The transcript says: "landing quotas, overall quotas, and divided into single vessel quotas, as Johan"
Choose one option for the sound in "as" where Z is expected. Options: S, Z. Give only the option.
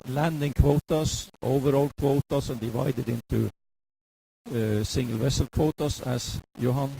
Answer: S